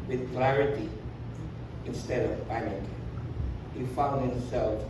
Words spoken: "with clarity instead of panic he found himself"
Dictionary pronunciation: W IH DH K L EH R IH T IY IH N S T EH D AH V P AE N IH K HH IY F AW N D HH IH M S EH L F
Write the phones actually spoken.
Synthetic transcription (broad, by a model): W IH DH K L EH R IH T IY IH N S T EH D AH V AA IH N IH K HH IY F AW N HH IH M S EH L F